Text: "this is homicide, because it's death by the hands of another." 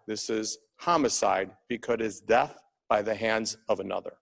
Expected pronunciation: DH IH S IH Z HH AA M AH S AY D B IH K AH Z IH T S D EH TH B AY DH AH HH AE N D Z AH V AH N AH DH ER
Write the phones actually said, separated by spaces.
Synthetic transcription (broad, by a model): DH IH S IH Z HH AA M AH S AY D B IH K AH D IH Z D EH TH B AY DH AH HH AE N D Z AH V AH N AH DH ER